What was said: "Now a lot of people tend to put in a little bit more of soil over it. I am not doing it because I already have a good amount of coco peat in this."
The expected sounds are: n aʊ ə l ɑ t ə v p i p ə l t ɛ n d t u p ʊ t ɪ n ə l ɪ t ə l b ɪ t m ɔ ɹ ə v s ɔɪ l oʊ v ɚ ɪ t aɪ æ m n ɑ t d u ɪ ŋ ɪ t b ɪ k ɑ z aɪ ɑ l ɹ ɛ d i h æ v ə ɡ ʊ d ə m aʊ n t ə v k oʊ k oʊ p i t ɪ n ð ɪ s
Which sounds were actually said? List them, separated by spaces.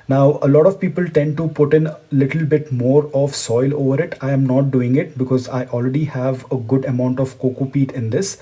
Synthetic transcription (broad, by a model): n aʊ ə l ɑ t ə v p i p ə l t ɛ n d t u p ʊ t ɪ n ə l ɪ t ə l b ɪ t m ɔ ɹ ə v s ɔɪ l oʊ v ɚ ɪ t aɪ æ m n ɑ t d u ɪ ŋ ɪ t b ɪ k ɑ z aɪ ɑ l ɹ ɛ d i h æ v ə ɡ ʊ d ə m aʊ n t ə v k oʊ k oʊ p i t ɪ n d ɪ s